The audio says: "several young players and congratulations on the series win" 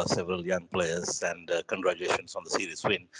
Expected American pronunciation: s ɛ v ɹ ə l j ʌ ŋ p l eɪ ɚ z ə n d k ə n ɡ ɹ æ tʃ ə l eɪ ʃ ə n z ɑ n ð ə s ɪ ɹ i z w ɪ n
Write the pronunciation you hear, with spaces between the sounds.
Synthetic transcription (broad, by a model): s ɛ v ɹ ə l j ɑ ŋ p l eɪ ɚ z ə n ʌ k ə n ɡ ɹ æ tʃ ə eɪ ʃ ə n s ɑ n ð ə s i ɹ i s w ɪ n